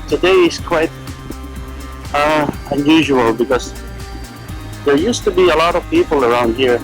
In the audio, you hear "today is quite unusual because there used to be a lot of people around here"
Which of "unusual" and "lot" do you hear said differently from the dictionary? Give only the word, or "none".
none